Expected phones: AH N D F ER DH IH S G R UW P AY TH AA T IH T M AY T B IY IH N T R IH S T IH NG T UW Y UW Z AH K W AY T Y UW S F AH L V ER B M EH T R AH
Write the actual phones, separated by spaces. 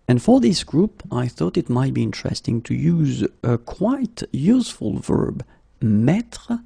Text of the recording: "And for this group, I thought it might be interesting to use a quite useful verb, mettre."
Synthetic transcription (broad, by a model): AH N F ER DH IH S G R UW P AY TH AA T IH T M AY T B IY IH N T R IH S T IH NG T UW Y UW Z AH K W AY T Y UW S F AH L V ER B M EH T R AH